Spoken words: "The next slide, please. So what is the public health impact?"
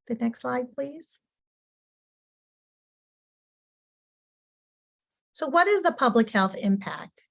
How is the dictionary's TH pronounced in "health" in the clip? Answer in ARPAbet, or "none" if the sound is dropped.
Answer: TH